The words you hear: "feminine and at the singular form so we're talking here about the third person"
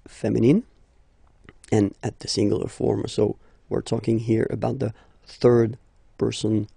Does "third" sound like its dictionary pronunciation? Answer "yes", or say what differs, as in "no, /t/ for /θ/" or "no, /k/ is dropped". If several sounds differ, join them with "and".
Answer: yes